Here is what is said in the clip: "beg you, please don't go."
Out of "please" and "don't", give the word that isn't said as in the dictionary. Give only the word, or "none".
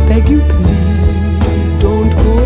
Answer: please